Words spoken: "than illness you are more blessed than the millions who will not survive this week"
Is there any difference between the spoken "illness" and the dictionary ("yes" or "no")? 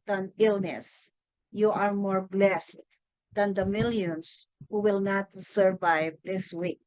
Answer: no